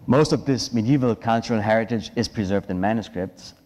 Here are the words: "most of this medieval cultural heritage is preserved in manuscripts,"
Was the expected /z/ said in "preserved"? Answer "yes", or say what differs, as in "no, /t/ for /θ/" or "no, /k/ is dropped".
yes